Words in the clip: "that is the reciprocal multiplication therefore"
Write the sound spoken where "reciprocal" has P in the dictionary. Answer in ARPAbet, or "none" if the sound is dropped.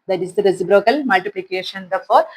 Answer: B